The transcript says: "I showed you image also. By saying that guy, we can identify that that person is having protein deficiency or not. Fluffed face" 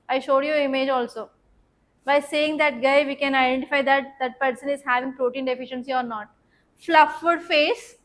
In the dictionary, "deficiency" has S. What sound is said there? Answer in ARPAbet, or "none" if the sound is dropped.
S